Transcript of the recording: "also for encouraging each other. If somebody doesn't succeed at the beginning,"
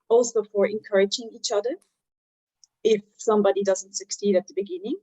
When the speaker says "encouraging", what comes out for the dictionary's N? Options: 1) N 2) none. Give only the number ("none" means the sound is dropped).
1